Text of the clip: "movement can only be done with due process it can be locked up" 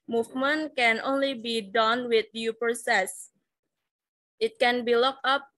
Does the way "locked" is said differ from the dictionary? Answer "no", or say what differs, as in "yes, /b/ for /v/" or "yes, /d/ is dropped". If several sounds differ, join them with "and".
yes, /t/ is dropped